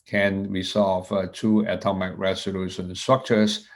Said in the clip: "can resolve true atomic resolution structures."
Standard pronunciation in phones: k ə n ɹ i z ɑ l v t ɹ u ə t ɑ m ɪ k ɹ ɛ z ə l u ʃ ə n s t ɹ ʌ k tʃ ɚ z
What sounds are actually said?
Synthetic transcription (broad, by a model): k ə n ɹ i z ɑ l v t u ə t ɑ m ɪ k ɹ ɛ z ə l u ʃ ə n s t ɹ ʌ k tʃ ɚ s